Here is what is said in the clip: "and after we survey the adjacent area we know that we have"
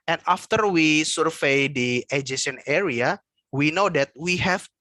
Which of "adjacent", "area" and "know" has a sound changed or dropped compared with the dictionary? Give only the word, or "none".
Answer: adjacent